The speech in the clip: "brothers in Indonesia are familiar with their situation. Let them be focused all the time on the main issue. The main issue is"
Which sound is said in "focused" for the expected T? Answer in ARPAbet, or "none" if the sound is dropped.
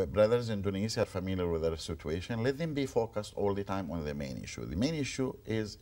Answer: T